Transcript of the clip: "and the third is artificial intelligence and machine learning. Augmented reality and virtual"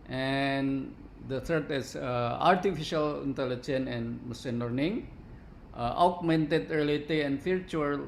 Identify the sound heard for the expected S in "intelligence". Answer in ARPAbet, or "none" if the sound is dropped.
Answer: none